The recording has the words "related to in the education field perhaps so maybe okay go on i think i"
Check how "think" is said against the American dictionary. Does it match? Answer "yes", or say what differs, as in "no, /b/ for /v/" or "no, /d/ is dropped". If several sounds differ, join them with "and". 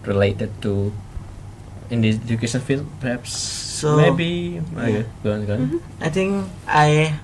no, /t/ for /θ/